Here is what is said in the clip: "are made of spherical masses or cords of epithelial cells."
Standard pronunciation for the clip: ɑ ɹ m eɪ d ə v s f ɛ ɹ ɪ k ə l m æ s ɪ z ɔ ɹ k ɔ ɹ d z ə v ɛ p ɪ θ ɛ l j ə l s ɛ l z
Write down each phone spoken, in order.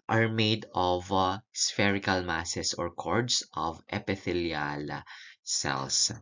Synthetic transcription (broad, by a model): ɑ ɹ m eɪ d ə v s f ɛ ɹ ɪ k ə l m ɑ s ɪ s ɔ ɹ k ɔ ɹ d s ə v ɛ p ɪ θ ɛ l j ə l s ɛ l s